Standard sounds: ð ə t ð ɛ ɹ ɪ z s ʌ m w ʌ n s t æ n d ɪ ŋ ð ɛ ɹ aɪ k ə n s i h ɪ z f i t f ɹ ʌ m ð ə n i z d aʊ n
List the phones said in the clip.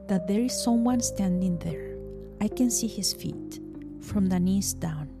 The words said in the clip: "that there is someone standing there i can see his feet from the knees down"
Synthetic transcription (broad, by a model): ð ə t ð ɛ ɹ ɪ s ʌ m w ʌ n s t æ n d ɪ ŋ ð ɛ ɹ aɪ k ə n s i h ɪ s f i t f ɹ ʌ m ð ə n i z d aʊ n